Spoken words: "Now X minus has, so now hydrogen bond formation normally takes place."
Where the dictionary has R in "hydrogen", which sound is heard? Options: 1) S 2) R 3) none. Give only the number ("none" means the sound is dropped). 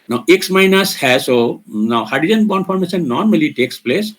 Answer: 3